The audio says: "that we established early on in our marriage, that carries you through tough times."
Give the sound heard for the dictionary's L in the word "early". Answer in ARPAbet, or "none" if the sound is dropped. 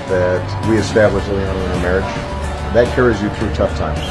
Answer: N